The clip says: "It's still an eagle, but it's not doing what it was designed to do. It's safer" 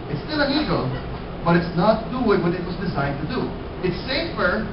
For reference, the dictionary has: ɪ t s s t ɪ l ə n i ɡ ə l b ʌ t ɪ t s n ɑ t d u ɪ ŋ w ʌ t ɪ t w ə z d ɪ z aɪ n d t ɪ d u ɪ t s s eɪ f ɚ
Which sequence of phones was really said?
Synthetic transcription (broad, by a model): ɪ t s s t ɪ l ə n i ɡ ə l b ʌ t ɪ t s n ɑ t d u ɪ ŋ w ʌ t ɪ t w ə z d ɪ z aɪ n t ɪ d u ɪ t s s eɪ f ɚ